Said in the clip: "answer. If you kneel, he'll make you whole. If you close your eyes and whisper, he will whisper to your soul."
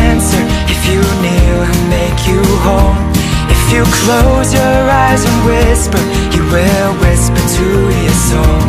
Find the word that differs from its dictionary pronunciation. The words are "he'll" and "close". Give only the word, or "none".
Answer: he'll